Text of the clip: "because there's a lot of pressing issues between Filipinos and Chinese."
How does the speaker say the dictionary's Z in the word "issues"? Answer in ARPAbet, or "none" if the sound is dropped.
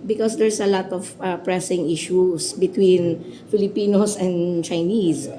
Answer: S